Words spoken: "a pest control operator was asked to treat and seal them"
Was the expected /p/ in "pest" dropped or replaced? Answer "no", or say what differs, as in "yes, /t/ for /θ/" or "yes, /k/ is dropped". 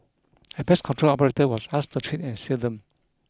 yes, /b/ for /p/